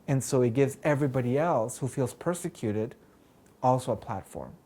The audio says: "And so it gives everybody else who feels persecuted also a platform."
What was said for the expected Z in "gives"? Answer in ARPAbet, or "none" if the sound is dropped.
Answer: Z